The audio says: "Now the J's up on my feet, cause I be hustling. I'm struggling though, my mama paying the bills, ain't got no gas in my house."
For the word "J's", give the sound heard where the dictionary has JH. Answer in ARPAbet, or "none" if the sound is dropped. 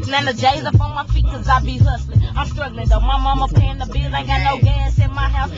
JH